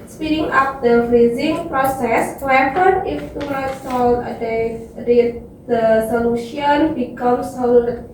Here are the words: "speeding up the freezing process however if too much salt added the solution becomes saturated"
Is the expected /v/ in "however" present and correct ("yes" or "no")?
no